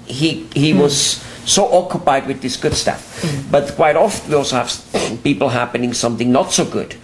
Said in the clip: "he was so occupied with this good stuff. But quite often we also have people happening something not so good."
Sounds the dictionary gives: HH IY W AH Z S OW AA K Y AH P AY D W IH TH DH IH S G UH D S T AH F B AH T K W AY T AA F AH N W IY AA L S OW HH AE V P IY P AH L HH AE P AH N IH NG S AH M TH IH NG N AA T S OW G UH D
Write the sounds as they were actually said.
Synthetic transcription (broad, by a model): HH IY W AH Z S OW AA K Y AH P AY D W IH DH IH S G UH D S T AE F B AH T K W AY T AA F AH N W IY AA L S OW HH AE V P IY P L HH AE P AH N IH NG S AH M TH IH NG N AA T S OW G UH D